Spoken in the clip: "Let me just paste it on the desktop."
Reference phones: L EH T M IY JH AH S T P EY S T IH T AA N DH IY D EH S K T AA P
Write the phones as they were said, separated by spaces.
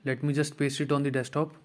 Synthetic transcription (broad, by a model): L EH T M IY JH AH S T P EY S IH T AA N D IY D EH S T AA P